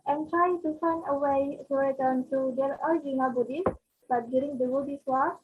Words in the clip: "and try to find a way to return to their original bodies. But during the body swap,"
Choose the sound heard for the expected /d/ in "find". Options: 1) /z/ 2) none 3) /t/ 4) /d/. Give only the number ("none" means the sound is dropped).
2